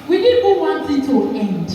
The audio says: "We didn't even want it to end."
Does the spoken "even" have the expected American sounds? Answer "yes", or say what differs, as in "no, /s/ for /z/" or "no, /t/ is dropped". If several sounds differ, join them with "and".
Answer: no, /b/ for /v/